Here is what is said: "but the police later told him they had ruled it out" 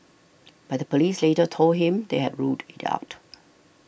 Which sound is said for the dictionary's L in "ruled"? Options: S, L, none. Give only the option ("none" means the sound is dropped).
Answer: none